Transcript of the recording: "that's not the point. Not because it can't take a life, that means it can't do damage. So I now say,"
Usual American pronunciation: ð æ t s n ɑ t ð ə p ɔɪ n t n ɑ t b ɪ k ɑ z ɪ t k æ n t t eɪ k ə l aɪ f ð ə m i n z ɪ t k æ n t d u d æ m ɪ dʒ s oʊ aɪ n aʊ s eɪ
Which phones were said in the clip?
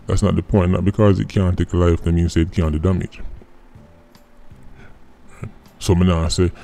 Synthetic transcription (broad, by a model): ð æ t s n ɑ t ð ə p ɔɪ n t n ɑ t b ɪ k ɑ z ɪ t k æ n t t eɪ k ə l aɪ f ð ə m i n s ɪ t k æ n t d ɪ d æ m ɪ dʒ s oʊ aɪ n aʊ s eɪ